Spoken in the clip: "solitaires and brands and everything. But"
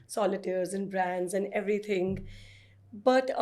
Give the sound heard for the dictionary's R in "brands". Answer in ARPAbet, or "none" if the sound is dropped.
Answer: R